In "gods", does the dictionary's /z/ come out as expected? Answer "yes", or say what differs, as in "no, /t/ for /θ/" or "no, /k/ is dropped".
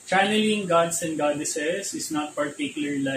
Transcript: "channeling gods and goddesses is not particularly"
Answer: no, /s/ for /z/